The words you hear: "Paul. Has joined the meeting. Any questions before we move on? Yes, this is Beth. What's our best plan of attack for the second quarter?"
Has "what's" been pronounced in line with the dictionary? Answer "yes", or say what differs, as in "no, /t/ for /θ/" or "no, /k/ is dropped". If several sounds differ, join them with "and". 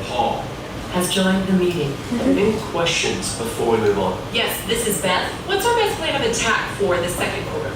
yes